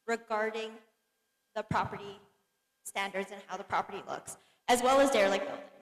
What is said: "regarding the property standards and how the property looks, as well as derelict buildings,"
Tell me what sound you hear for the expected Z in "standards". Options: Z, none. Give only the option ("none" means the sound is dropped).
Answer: Z